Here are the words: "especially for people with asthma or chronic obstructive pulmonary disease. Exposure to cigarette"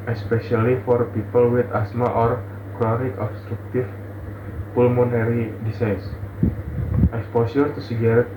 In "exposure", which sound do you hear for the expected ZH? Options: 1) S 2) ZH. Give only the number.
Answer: 1